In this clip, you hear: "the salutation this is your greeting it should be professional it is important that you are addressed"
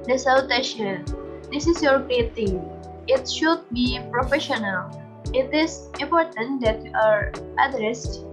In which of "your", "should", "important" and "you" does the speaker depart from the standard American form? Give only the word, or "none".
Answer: none